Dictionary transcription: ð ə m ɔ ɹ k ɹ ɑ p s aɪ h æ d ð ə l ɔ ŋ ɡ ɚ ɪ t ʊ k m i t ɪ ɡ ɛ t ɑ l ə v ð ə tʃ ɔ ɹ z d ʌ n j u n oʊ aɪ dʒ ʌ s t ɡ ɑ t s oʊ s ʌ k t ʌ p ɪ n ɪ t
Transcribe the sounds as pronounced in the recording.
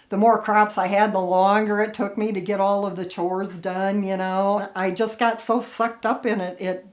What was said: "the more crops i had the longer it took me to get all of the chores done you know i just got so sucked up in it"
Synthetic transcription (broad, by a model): ð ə m ɔ ɹ k ɹ ɑ p s aɪ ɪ d ð ə l ɔ ŋ ɡ ɚ ɪ t ʊ k m i t ɪ ɡ ɛ t ɑ l ə v ð ə tʃ ɔ ɹ z d ʌ n j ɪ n oʊ aɪ dʒ ʌ s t ɡ ɑ t s oʊ s ʌ k t ʌ p ɪ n ɪ t